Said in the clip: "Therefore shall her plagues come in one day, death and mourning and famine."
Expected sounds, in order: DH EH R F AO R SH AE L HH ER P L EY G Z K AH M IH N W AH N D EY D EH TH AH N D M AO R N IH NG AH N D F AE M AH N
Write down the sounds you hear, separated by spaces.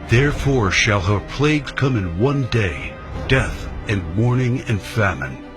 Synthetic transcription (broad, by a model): DH EH R F AO R SH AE L HH ER P L EY G Z K AH M IH N W AH N D EY D EH TH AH N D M AO R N IH NG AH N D F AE M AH N